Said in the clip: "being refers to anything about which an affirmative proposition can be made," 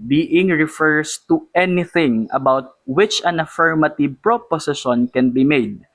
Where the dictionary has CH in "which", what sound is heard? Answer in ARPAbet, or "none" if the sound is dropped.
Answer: CH